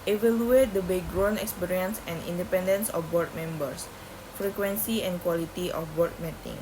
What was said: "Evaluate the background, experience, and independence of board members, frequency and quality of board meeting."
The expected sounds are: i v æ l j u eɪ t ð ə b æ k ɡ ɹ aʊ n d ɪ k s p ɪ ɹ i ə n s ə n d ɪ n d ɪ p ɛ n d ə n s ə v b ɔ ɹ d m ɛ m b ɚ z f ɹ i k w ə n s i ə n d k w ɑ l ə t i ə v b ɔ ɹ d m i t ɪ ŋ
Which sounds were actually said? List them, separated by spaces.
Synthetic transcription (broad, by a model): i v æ l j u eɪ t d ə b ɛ ɡ ɹ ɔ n ɪ k s p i ɹ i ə n s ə n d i n d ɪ p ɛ n d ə n s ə f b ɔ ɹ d m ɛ m b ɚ s f ɹ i k w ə n s i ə n k w ɑ l ə t i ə f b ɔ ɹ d m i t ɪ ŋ